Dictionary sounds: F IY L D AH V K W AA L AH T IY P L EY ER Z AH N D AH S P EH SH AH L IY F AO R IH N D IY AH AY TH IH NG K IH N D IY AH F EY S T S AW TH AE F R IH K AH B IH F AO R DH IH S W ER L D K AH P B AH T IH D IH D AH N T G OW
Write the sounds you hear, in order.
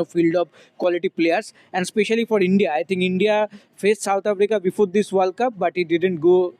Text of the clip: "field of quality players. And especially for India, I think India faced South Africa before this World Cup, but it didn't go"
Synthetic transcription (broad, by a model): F IY L D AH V K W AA L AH T IY P L EY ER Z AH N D S P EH SH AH L IY F AO R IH N D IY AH AY T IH NG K IH N D IY AH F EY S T S AW T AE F R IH K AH B IH F AO R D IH S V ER L K AH P B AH T IH D IH D AH N T G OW